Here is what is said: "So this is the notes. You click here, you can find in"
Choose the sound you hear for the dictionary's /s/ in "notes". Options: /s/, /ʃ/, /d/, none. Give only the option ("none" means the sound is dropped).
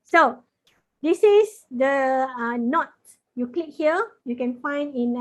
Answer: none